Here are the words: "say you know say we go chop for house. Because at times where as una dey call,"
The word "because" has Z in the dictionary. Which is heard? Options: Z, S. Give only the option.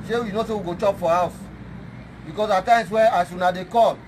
S